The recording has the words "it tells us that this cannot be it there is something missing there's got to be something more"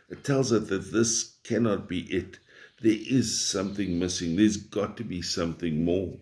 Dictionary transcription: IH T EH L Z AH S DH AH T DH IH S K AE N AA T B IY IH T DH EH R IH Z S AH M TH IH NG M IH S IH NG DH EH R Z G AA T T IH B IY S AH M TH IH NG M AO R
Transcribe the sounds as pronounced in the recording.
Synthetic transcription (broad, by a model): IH T EH L Z AH S DH AH T DH IH S K AE N AA T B IY IH T DH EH R IH Z S AH M TH IH NG M IH S IH NG DH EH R Z G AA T T IH B IY S AH M TH IH NG M AO R